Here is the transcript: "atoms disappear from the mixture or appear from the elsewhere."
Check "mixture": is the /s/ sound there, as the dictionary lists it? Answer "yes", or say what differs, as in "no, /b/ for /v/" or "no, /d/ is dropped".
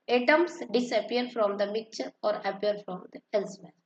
no, /s/ is dropped